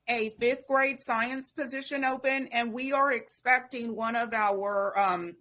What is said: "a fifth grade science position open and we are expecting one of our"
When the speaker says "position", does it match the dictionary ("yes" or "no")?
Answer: yes